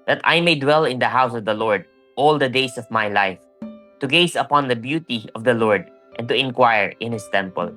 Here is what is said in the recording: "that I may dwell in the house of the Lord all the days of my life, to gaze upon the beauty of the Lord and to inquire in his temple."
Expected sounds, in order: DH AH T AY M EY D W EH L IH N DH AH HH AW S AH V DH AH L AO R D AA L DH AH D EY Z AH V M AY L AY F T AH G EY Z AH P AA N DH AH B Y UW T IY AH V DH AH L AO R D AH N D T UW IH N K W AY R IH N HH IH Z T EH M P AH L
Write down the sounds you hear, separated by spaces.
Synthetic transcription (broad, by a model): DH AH T AY M EY D W EH L IH N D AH HH AW S AH V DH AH L AO R D AA L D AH D EY S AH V M AY L AY F T AH G EY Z AH P AA N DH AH B Y UW T IY AH V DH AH L AO R D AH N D T UW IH N K W AY R IH N HH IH S T EH M P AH L